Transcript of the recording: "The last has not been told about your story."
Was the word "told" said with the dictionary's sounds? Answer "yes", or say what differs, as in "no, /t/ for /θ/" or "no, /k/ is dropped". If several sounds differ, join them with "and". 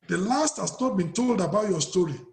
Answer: yes